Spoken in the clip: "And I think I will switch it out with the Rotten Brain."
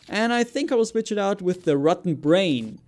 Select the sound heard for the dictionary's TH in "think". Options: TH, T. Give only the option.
TH